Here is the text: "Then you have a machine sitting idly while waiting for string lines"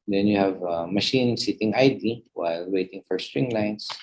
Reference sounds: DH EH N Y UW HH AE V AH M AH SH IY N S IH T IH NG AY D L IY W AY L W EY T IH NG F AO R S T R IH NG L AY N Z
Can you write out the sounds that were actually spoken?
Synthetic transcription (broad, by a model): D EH N Y UW HH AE V AH M AH SH IY N S IH T IH NG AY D IY W AY L W EY T IH NG F AO R S T R IH NG L AY N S